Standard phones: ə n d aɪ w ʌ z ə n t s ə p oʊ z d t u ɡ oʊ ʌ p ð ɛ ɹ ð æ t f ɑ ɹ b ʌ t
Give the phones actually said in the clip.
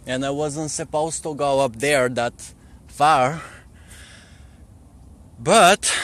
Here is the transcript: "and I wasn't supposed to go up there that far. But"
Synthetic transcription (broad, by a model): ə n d aɪ w ʌ z ə n t s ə p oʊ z t u ɡ oʊ ʌ p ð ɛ ɹ ð æ t f ɑ ɹ b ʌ t